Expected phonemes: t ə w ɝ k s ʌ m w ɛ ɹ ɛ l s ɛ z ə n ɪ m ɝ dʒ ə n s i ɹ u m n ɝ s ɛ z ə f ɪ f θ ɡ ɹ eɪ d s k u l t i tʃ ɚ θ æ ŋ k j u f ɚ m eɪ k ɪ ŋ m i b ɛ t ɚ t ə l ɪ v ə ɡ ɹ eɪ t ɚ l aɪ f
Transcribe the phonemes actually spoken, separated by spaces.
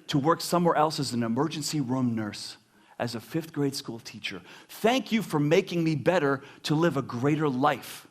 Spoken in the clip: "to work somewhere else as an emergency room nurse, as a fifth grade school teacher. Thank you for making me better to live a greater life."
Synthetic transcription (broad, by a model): t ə w ɝ k s ʌ m w ɛ ɹ ɛ l s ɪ z n ɪ m ɝ dʒ ə n s i ɹ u m n ɝ s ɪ z ə f ɪ f θ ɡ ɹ eɪ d s k u l t i tʃ ɚ θ æ ŋ k j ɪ f ɚ m eɪ k ɪ ŋ m i b ɛ t ɚ t ə l ɪ v ə ɡ ɹ eɪ t ɚ l aɪ f